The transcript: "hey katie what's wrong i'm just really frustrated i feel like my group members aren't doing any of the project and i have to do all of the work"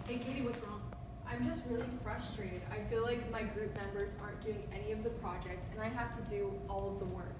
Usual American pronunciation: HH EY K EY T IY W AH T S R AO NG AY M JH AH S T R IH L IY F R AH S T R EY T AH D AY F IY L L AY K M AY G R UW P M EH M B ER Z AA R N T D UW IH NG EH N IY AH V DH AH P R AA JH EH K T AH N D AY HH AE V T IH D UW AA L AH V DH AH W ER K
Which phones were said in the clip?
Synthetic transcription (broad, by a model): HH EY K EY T IY W AH T S R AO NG AY M JH AH S T R IH L IY F R AH S T R EY T AH D AY F IY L L AY K M AY G R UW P M EH M B ER Z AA R N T D UW IH NG EH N IY AH V DH AH P R AA JH EH K T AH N AY HH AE F T IH D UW AA L AH V DH AH W ER K